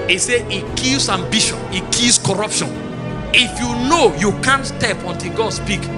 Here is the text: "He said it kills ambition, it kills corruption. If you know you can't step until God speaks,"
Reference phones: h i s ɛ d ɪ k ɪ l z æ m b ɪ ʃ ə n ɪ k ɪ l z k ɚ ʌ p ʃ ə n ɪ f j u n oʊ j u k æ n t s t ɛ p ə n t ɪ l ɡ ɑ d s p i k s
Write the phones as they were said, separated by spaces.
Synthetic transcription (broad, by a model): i s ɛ ɪ k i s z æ m b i ʃ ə n ɪ k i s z k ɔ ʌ p ʃ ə n ɪ f j u n oʊ j u k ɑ n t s t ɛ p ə n t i l ɡ ɑ d s p i k